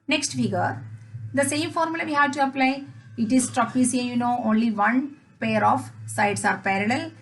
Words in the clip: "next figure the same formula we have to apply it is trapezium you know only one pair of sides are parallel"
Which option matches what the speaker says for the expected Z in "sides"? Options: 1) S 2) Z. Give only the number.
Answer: 1